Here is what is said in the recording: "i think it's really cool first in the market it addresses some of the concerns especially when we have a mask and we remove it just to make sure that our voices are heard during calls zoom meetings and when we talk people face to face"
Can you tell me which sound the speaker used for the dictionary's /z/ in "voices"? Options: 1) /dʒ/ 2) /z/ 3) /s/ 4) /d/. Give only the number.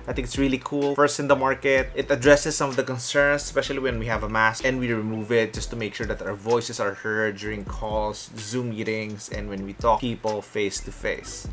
3